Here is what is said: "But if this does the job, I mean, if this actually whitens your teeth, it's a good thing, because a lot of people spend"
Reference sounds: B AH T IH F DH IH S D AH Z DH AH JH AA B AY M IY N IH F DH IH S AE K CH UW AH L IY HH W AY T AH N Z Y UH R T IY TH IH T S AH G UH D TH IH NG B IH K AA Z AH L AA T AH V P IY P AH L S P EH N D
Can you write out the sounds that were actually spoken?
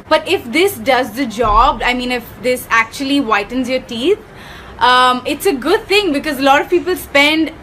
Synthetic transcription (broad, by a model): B AH T IH F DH IH S D AH Z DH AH JH AA B AY M IY N IH F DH IH S AE K CH UW AH L IY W AY T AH N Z Y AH R T IY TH IH T S AH G UH D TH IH NG B IH K AA Z AH L AA T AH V P IY P AH L S P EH N D